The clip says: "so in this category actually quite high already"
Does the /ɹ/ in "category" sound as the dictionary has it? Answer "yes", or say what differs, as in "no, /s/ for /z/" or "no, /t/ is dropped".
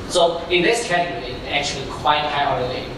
no, /ɹ/ is dropped